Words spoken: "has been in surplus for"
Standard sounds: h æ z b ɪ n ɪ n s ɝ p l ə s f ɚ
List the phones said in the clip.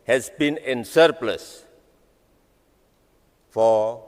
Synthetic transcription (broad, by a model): h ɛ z b ɪ n ɪ n s ɝ p l ə s f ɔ